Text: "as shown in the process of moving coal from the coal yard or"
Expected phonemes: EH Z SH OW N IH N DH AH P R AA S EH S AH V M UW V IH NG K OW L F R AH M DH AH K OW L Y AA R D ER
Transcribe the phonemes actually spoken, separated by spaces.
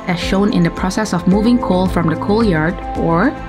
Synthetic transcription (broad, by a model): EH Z SH OW N IH N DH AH P R AA S EH S AH V M UW V IH NG K OW L F R AH M DH AH K OW L Y AA R D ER